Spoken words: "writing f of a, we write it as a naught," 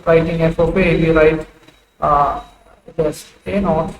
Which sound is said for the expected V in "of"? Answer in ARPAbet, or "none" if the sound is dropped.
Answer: P